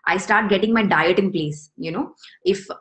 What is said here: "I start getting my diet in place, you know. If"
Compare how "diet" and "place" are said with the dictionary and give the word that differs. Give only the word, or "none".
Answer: none